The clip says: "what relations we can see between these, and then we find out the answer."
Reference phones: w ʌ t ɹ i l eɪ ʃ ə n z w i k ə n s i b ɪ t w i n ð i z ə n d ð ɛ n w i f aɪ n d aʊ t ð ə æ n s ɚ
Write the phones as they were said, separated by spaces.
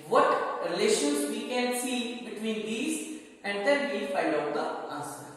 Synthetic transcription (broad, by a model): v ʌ t ɹ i l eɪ ʃ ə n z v i k ə n s i b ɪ t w i n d i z ə n d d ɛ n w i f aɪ d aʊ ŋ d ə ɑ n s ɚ